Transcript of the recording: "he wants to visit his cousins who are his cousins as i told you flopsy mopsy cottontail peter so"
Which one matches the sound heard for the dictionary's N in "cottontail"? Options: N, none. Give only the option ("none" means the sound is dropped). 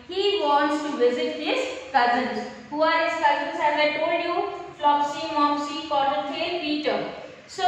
none